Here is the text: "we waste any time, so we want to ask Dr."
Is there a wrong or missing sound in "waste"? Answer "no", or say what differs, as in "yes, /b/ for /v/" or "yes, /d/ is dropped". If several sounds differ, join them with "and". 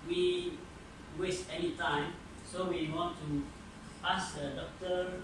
no